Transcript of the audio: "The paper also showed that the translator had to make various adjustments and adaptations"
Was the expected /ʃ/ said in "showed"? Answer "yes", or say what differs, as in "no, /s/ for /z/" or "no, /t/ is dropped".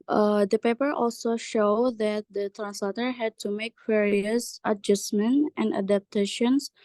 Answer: yes